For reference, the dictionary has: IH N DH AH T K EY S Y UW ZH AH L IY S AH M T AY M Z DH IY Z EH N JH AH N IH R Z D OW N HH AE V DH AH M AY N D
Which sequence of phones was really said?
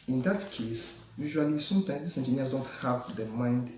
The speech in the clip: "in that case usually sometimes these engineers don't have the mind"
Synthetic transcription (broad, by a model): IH N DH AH T K EY S Y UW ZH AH L IY S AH M T AY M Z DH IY S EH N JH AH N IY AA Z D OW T HH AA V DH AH M AY N D